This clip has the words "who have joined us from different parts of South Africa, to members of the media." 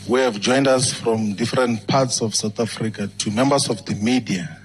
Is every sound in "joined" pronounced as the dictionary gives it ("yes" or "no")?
yes